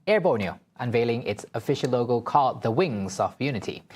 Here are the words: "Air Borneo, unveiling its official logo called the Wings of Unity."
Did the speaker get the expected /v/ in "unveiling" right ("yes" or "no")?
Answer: yes